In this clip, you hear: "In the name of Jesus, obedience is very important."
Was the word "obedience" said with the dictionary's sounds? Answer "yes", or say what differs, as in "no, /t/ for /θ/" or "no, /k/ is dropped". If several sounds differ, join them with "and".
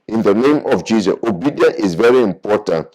no, /s/ is dropped